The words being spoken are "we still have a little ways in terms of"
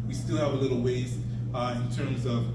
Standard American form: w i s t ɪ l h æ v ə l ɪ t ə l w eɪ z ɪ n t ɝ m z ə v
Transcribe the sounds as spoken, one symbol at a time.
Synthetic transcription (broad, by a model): w i s t ɪ l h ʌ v ə l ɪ t l w eɪ z ɪ n t ɝ m z ə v